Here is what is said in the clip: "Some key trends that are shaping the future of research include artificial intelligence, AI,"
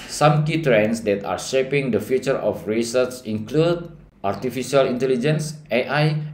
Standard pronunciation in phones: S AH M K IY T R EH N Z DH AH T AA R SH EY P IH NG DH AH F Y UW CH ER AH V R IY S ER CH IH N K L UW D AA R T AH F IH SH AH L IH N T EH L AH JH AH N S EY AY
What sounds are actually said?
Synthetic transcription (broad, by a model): S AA M K IY T R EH N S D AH T AA R SH EY P IH NG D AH F Y UW CH ER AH F R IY S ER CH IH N K L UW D AA R T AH F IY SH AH L IH N T EH L AH JH AH N S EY AY